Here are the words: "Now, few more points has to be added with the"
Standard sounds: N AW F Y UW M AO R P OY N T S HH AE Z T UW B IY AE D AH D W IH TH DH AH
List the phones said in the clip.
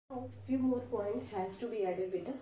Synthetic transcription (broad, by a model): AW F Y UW M AO R P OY N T HH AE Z T UW B IY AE D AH D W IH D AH